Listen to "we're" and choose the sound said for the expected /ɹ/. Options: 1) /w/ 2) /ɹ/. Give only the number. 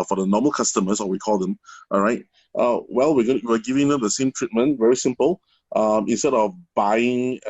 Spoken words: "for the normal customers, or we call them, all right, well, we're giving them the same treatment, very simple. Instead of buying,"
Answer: 1